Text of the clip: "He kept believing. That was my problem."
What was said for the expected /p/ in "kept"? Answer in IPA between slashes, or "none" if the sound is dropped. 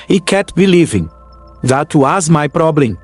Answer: none